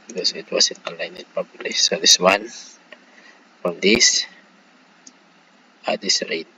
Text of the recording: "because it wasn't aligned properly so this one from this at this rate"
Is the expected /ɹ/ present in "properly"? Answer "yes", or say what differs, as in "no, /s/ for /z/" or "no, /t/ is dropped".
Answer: no, /ɹ/ is dropped